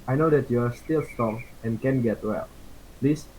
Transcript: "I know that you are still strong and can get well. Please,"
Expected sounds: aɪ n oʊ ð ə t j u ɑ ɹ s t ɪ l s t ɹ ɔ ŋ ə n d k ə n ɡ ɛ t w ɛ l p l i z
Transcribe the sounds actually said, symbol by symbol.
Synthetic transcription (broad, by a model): aɪ n oʊ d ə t j u ɑ ɹ s t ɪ l s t ɔ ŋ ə n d k ə n ɡ ɛ t w ɛ l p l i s